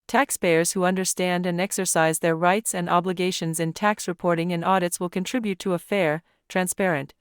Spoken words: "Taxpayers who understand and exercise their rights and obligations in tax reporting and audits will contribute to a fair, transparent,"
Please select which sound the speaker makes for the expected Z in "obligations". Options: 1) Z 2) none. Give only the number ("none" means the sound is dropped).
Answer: 1